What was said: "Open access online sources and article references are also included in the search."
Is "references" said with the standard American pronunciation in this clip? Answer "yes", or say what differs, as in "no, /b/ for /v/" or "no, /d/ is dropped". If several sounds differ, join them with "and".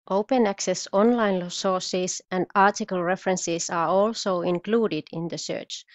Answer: no, /s/ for /z/